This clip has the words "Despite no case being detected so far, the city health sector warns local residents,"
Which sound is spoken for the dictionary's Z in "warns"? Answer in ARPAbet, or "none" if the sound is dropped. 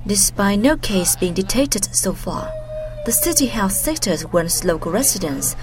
S